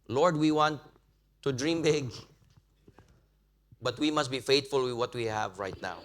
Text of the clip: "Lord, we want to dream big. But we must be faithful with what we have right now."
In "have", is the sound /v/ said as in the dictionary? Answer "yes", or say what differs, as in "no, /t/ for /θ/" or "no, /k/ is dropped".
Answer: yes